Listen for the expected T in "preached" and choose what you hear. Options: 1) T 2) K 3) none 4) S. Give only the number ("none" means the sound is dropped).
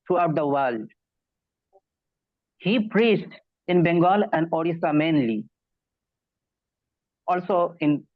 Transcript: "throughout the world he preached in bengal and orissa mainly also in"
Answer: 1